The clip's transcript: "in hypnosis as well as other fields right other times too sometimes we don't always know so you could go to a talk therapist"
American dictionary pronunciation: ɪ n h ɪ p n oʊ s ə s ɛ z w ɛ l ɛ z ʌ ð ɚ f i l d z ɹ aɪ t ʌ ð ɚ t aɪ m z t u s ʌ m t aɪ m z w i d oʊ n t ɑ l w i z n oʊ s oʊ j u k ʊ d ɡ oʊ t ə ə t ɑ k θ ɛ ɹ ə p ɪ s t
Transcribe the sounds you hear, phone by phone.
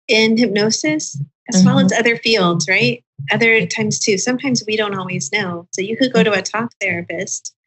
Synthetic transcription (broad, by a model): ɪ n h ɪ p n oʊ s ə s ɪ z w ɛ l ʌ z ʌ ð ɚ f i l d z ɹ aɪ t ʌ ð ɚ t aɪ m z t u s ʌ m t aɪ m z w i d oʊ n t ɑ l w i z n oʊ s oʊ j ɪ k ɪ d ɡ oʊ t ə ə t ɑ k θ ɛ ɹ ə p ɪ s t